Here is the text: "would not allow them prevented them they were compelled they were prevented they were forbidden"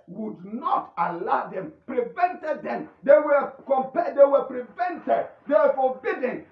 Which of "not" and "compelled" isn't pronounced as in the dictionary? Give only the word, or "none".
compelled